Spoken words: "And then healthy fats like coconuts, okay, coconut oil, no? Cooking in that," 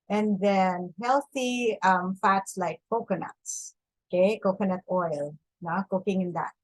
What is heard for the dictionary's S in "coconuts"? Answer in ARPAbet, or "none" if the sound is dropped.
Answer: S